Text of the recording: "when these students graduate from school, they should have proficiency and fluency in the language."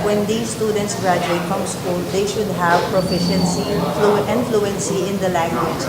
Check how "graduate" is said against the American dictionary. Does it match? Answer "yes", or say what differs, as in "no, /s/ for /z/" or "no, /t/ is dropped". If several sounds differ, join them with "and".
yes